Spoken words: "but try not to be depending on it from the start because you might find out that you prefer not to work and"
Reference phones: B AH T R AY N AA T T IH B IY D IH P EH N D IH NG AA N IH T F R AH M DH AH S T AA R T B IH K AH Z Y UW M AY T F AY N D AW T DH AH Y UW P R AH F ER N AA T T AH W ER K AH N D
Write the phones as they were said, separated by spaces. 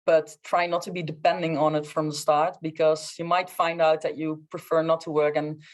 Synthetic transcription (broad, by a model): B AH T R AY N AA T T IH B IY D IH P EH N D IH NG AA N IH T F R AH M DH AH S T AA R T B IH K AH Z Y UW M AY T F AY N D AW T DH AH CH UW P R AH F ER N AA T T AH W ER K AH N